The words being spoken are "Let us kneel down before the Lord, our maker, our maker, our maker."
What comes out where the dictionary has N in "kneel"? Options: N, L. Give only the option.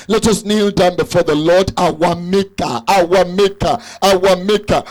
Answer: N